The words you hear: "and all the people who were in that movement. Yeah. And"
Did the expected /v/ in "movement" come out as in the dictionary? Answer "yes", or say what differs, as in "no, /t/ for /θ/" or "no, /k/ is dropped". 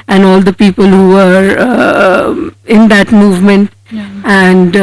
yes